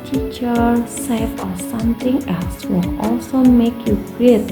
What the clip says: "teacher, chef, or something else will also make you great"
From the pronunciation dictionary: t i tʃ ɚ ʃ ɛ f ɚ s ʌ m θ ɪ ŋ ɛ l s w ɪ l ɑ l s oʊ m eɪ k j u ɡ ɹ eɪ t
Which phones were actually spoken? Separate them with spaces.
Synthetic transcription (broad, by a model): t i tʃ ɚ s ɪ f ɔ s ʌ m t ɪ ŋ ɛ l s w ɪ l ɑ l s oʊ m eɪ k j u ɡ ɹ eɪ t